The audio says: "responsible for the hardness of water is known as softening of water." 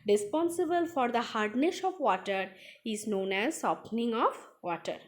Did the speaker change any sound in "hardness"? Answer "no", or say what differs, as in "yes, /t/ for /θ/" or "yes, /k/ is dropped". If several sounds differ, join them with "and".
yes, /ʃ/ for /s/